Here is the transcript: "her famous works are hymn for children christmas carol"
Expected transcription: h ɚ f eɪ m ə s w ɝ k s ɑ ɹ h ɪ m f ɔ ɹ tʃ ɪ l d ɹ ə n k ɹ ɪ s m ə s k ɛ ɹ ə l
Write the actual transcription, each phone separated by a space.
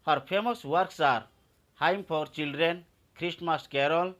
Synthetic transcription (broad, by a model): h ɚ p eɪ m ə s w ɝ k s ɑ ɹ h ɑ m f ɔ ɹ tʃ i l d ɹ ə n k ɹ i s m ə s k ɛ ɹ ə l